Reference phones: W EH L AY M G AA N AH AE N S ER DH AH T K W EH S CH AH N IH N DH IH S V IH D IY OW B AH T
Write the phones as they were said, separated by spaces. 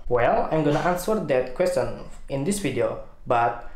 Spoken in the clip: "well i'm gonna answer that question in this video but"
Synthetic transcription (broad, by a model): W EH L AY M G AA N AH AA N S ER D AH T K W EH S CH AH N IH N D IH S F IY D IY OW B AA T